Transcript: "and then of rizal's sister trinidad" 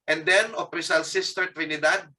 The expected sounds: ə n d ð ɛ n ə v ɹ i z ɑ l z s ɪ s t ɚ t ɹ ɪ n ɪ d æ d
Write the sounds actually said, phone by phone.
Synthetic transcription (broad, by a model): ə n d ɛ n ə p ɹ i s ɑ l s ɪ s t ɚ t ɹ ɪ n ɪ d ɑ d